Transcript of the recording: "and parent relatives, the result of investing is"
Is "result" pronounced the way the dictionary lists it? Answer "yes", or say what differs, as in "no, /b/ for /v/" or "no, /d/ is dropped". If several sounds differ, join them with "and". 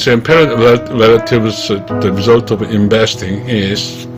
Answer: yes